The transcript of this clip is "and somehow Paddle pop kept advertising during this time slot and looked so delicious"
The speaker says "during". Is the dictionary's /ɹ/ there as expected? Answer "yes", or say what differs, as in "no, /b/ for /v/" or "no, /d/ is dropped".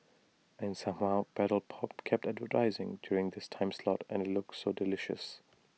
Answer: yes